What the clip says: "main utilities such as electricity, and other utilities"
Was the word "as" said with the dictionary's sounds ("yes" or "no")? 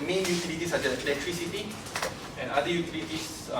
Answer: no